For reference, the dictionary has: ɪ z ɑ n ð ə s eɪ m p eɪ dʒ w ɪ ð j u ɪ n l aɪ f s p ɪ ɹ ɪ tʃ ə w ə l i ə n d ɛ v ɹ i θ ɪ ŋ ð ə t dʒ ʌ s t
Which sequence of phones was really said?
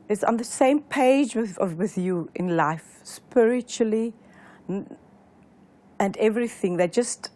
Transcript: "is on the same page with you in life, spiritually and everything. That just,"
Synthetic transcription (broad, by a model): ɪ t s n ð ə s eɪ m p eɪ dʒ w ɪ ð j u ɪ n l aɪ f s p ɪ ɹ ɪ tʃ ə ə l i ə n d ɛ v ɹ i θ ɪ ŋ ð ə t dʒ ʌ s t